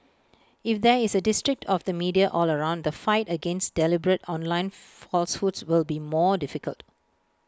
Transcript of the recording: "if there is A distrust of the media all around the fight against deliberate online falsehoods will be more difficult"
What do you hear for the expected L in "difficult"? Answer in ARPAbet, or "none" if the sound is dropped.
L